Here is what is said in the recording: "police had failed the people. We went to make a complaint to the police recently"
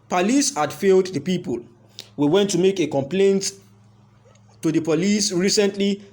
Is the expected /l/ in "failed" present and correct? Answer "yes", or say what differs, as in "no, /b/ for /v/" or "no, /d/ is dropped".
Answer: yes